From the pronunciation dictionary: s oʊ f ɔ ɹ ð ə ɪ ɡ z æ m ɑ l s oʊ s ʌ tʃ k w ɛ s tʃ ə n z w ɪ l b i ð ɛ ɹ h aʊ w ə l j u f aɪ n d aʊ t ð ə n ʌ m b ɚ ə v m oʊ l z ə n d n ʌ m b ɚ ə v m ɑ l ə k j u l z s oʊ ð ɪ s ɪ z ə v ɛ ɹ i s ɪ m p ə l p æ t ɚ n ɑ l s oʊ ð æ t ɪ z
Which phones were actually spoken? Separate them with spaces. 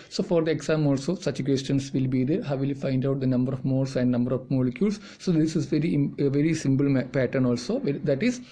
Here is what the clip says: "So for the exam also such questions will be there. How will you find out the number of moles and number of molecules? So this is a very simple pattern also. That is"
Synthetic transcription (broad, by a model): s oʊ f ɔ ɹ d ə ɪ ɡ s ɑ m ɑ l s oʊ s ʌ tʃ k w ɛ s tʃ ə n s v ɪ l b i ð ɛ ɹ h aʊ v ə l j u f aɪ n d aʊ t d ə n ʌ m b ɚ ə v m oʊ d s ə n d n ʌ m b ɚ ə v m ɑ l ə k j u l s oʊ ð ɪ s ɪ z ə v ɛ ɹ i s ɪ m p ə l p æ t ɚ n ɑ l s oʊ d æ t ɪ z